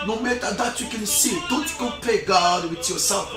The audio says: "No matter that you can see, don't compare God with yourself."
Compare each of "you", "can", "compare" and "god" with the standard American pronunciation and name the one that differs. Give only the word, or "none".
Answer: compare